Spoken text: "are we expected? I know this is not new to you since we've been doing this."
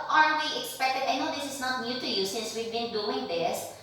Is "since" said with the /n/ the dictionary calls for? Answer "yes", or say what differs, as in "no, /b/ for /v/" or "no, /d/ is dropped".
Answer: yes